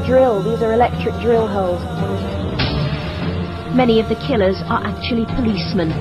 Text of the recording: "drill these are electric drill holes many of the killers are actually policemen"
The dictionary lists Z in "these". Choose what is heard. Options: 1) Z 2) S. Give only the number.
1